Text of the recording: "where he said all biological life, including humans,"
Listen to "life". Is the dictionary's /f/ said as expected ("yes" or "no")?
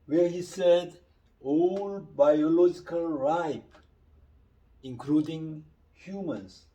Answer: no